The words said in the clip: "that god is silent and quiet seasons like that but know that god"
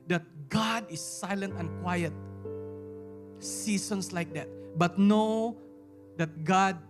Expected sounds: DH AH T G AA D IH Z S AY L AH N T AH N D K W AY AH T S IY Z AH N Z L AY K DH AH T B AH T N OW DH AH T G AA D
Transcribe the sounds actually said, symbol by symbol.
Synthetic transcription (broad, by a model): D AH T G AA D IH S AY L AH N T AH N K W AY AH T S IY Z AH N S L AY K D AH T B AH T N OW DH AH T G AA D